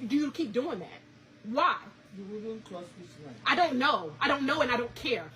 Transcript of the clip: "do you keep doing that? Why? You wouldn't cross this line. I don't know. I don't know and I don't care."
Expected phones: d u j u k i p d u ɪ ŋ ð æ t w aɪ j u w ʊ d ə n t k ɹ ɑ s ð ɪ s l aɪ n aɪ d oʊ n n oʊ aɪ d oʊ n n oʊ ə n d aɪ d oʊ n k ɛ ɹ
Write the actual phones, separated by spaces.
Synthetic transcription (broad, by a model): d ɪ j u k i p d u ɪ ŋ ð æ t w aɪ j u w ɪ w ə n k l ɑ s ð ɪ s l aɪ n aɪ d oʊ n n oʊ aɪ d oʊ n n oʊ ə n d aɪ d oʊ n k ɛ ɹ